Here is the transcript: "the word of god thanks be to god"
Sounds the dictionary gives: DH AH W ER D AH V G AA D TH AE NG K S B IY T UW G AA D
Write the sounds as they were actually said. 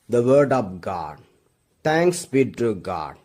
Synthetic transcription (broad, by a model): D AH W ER D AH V G AA D T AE NG K S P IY T UW G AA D